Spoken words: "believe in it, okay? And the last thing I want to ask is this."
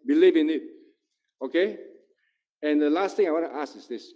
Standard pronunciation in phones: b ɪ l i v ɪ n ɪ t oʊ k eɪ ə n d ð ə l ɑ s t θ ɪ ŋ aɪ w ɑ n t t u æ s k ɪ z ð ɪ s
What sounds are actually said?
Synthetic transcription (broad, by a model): b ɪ l i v ɪ n ɪ t oʊ k eɪ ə n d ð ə l ɑ s t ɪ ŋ aɪ w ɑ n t t u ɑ s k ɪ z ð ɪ s